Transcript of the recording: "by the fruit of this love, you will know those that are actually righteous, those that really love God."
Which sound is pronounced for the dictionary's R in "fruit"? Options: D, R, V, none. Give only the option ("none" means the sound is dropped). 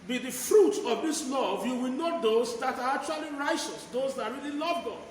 R